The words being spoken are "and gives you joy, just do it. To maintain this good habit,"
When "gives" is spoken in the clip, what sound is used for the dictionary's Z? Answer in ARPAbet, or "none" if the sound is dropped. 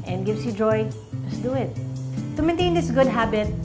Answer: S